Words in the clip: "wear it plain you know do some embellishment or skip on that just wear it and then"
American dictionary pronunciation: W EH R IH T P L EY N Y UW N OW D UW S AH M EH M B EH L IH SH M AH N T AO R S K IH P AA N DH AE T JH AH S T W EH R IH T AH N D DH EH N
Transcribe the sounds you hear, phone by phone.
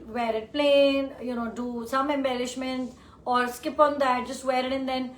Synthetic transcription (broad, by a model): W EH R IH T P L EY N Y UW N OW D UW S AH M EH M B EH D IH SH M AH N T AO R S K IH P AA N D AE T JH AH S T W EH R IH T AH N D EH N